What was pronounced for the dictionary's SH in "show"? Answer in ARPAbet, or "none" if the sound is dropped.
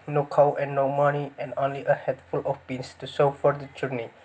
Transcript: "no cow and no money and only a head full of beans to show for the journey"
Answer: S